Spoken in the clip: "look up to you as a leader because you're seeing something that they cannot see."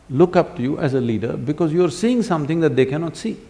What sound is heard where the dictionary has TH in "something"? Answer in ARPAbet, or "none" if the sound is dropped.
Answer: T